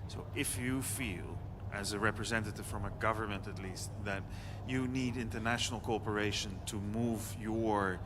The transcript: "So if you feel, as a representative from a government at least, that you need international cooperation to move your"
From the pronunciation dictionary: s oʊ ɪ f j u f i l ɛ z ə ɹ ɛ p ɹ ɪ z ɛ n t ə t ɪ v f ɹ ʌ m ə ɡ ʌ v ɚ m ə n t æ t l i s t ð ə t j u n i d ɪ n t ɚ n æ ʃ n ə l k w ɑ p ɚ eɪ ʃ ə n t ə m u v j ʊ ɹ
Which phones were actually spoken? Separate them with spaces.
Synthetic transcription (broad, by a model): s oʊ ɪ f j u f i l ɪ z ə ɹ ɛ p ɹ ɪ z ɛ n t ə t ɪ v f ɹ ʌ m ə ɡ ʌ v ɚ m ə n t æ t l i s t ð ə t j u n i d ɪ n t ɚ n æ ʃ n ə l k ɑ p ɚ eɪ ʃ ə n t ə m u v j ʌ ɹ